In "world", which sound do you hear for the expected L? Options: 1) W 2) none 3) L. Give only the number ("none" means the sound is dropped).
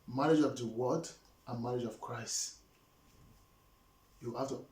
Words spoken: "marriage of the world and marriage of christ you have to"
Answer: 2